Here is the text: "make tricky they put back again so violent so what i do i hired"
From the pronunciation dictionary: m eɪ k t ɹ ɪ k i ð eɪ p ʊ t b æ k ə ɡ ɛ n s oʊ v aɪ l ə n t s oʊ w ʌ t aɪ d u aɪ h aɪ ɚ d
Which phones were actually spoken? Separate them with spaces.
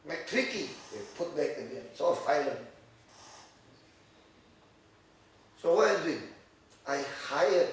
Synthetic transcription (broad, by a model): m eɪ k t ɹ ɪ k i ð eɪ p ʊ t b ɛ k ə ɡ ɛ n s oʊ f aɪ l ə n s oʊ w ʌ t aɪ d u aɪ h aɪ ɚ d